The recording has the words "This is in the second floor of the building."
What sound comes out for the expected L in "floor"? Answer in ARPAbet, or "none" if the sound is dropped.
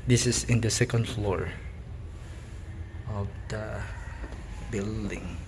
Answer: L